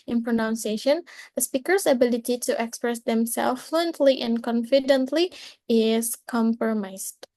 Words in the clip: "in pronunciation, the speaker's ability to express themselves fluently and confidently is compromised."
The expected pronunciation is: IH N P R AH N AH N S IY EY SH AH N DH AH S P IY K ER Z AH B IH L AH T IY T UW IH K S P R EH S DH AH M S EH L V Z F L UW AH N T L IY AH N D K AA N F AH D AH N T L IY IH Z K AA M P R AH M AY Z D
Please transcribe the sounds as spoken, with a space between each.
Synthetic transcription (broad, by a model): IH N P R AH N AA N S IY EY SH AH N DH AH S P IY K ER S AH B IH L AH T IY T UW IH K S P R EH S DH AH M S EH L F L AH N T L IY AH N K AA N F AH D AH N T L IY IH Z K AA M P R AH M AY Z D